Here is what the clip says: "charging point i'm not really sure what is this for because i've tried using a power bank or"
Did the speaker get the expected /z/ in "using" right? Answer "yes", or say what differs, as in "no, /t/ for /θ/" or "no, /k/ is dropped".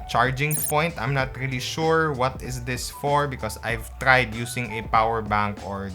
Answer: no, /s/ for /z/